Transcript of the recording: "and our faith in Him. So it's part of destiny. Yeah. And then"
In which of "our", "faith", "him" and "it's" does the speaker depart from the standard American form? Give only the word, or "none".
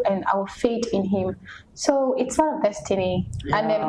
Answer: faith